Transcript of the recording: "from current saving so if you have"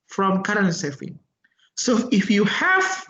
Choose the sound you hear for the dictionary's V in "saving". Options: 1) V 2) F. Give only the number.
2